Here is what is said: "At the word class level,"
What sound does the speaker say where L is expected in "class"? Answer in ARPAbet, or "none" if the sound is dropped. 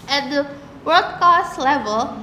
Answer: none